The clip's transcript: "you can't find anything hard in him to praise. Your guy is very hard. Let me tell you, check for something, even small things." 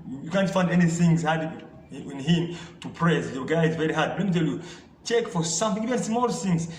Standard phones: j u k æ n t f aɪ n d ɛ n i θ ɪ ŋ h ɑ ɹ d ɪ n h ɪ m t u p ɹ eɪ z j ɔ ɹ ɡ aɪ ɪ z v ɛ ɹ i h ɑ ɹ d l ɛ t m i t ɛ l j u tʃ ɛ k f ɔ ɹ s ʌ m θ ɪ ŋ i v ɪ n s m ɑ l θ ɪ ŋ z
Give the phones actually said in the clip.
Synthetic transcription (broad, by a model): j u k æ n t f aɪ n d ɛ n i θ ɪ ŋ h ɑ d ɪ n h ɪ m t u p ɹ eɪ s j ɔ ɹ ɡ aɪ ɪ z v ɛ ɹ i h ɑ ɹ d l ɛ t m i t ɛ l j u tʃ ɛ k f ɔ ɹ s ʌ m θ ɪ ŋ i v ɪ n s m ɑ l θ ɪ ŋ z